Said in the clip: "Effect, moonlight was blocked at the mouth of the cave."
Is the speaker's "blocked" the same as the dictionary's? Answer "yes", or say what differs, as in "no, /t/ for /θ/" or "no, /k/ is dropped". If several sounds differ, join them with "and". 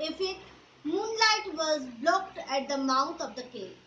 yes